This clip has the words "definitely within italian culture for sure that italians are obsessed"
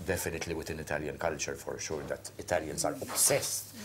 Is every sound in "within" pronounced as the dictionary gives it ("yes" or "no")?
no